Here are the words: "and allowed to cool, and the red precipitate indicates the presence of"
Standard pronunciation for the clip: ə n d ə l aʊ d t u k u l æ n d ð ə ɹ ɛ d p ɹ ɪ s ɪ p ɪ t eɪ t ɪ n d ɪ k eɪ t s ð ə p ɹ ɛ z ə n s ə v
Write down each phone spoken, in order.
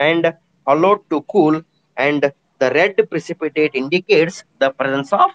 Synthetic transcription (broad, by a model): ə n d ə l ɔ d t u k u l æ n d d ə ɹ ɛ d p ɹ ɪ s ɪ p ɪ t eɪ t ɪ n d ɪ k eɪ t s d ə p ɹ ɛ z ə n s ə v